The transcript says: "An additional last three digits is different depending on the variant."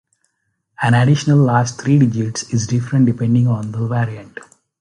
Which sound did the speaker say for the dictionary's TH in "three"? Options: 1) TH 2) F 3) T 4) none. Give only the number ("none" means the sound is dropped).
3